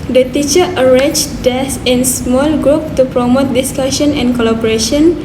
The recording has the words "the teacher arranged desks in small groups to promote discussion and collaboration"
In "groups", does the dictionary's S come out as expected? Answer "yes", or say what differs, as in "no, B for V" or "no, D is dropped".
no, S is dropped